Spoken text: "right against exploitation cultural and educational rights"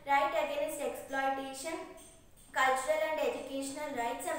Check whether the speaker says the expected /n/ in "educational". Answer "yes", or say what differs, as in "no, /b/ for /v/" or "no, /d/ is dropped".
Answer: yes